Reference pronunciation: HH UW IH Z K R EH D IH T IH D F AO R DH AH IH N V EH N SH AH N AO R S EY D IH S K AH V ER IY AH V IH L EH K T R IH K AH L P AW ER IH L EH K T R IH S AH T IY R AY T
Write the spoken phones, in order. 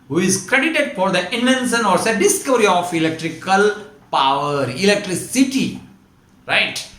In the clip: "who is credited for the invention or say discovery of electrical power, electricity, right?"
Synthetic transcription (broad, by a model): HH UW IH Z K R EH D IH T IH D F AO R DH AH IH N EH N S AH N AO R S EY D IH S K AH V ER IY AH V IH L EH K T R IH K AH L P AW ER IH L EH K T R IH S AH T IY R AY T